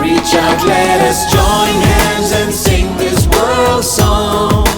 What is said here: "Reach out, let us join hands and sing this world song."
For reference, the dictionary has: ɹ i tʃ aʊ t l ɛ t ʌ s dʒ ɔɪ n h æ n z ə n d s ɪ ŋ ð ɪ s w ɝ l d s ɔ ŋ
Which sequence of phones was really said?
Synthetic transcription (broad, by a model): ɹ i tʃ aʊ l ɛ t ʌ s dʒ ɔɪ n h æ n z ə n s ɪ ŋ ð ɪ s w ɝ l d s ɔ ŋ